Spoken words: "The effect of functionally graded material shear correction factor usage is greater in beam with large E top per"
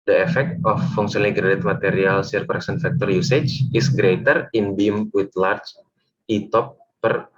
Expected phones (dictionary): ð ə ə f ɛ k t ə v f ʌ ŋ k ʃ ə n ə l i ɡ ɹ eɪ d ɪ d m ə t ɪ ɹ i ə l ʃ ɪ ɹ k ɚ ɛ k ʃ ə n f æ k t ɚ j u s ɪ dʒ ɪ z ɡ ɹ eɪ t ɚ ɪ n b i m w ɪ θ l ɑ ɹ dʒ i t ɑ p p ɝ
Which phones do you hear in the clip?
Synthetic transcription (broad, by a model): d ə ə f ɛ k t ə f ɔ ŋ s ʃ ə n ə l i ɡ ɹ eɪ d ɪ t m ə t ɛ ɹ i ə l s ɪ ɹ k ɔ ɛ k s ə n f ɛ k t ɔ j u s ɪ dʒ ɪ s ɡ ɹ eɪ t ɚ ɪ n b i m w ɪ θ l ɑ ɹ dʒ i t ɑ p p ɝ